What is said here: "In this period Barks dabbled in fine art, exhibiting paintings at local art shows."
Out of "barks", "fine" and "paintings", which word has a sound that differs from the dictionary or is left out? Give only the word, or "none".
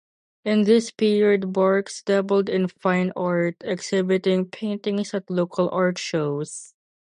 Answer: paintings